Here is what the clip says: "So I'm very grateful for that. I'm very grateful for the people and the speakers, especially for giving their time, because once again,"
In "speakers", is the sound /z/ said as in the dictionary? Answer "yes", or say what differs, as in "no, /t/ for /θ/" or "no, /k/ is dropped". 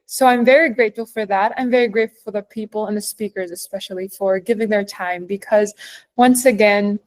yes